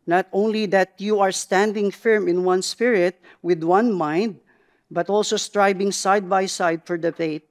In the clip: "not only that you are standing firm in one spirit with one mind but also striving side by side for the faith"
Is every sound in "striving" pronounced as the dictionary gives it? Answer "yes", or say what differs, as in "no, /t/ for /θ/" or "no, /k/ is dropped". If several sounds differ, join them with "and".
no, /b/ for /v/